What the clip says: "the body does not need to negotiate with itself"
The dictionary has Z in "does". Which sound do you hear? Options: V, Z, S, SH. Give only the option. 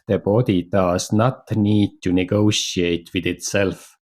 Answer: S